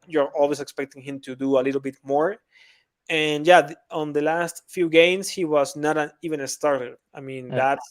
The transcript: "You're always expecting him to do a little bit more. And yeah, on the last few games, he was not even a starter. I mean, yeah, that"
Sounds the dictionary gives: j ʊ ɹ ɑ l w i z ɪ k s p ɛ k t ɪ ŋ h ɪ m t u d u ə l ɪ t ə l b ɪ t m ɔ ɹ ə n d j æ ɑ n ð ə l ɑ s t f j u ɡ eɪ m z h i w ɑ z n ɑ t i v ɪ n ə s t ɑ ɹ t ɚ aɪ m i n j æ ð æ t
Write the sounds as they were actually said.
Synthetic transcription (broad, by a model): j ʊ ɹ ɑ l w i s ɪ k s p ɛ k t ɪ ŋ h ɪ m t u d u ə l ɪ t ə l b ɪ t m ɔ ɹ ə n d j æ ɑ n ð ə l ɑ s t f j u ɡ eɪ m s h i w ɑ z n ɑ t i v ɪ n ə s t ɑ ɹ t ɚ aɪ m i n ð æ t